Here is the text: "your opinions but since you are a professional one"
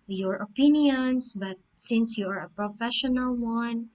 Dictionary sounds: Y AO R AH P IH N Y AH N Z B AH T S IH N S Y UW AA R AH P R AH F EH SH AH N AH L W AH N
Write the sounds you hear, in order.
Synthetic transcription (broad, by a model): Y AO R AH P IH N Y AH N S B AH T S IH N S Y UW AA R AH P R AH F EH SH AH N AH L W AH N